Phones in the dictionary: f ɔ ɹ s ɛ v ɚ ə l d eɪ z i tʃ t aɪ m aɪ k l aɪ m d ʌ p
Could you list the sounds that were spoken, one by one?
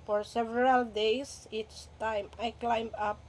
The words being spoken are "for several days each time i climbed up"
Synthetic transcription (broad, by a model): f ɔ ɹ s ɛ v ɚ ə l d eɪ s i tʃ t aɪ m aɪ k l aɪ m ʌ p